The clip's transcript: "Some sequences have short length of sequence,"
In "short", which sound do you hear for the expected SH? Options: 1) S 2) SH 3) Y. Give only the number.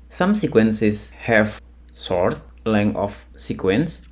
1